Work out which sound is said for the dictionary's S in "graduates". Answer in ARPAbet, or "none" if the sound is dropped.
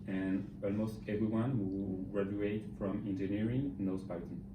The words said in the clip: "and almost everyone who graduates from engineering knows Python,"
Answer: none